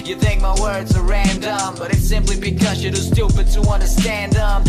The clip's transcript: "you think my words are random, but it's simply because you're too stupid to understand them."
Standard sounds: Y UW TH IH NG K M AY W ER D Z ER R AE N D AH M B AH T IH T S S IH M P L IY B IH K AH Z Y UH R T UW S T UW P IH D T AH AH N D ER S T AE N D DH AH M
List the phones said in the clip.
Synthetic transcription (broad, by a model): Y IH TH IH NG K M AY W ER D Z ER R AE N D AH M B AH T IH T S S IH M P L IY B IH K AH Z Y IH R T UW S T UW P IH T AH AH N D ER S T AE N D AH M